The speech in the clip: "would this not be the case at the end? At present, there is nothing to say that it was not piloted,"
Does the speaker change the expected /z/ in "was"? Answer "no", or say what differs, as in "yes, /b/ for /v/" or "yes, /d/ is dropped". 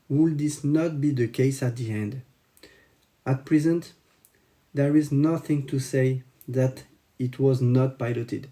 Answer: no